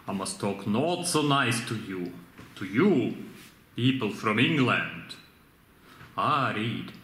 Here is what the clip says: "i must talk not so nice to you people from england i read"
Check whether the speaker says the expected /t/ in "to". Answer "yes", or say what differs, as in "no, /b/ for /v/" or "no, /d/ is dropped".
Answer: yes